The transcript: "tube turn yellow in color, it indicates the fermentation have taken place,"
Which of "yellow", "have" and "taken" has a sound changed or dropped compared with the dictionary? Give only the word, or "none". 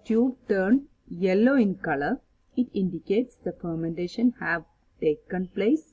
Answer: none